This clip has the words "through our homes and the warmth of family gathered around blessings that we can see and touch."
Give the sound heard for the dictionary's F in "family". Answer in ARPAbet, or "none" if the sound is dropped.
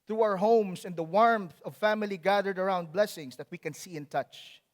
F